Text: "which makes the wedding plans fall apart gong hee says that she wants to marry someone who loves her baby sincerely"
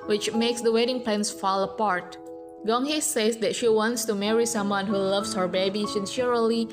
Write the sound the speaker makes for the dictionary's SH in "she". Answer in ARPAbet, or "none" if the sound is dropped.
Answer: SH